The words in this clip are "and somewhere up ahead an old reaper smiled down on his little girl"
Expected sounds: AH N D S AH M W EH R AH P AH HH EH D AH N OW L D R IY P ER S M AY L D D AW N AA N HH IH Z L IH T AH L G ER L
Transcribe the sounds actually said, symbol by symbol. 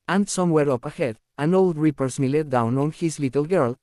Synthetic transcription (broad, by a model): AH N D S AH M W EH R AH P AH HH EH D AH N OW L D R IY P ER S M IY L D D AW N AA N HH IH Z L IH T AH L G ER L